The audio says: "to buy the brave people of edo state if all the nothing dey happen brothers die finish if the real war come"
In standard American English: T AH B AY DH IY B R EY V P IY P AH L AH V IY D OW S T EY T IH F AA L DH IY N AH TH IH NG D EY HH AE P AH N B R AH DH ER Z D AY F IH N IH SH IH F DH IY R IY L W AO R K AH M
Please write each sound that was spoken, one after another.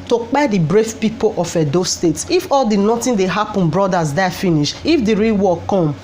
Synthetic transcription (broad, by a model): T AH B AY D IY B R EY F P IY P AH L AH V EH D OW S T EY T IH F AA L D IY N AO T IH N D EY HH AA P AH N B R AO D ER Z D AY F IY N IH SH IH F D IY R IY L W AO K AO M